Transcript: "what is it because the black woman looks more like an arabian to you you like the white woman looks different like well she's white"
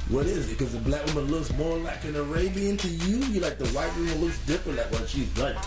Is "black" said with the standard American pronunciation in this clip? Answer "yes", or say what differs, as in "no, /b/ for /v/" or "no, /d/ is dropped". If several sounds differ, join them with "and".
yes